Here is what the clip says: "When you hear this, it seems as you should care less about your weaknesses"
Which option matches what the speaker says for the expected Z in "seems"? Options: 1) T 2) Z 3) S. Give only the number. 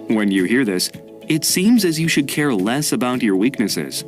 2